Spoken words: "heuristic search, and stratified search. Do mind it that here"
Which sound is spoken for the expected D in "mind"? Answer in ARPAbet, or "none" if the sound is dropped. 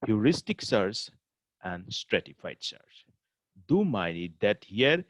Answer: none